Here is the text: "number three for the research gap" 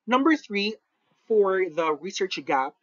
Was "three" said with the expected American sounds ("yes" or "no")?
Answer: yes